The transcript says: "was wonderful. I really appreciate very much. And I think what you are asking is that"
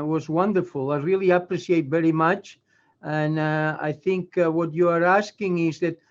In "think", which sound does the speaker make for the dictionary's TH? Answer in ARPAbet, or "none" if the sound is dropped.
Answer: TH